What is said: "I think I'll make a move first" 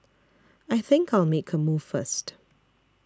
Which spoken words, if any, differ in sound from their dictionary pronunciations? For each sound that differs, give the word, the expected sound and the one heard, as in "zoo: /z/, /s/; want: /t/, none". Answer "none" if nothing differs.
none